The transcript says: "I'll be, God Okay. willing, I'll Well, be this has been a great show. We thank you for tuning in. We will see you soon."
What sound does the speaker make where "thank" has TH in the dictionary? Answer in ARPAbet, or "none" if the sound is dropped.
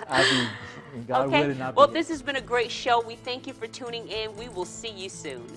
TH